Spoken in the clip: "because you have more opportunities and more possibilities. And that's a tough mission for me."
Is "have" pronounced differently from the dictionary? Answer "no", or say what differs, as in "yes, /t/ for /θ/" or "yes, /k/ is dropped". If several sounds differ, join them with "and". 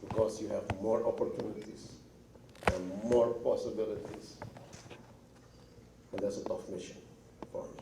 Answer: no